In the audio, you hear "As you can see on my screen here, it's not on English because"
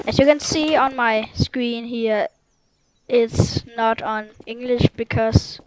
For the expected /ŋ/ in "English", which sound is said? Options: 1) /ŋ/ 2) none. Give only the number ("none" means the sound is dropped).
1